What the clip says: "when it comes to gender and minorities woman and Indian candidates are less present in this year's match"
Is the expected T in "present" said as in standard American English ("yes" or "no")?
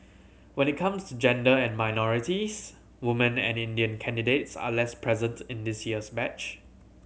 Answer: yes